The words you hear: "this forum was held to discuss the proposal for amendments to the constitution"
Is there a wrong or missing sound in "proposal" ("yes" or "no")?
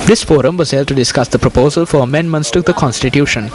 no